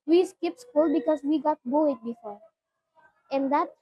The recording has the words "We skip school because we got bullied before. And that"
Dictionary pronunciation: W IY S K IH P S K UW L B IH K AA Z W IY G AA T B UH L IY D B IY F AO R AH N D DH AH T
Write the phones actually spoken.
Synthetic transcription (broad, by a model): W IY S K IH P S K UW L B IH K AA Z W IY G AA T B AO IY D B IY F AO R AH N D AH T